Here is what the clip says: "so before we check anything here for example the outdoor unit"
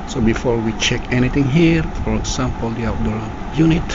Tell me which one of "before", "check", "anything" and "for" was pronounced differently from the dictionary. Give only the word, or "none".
anything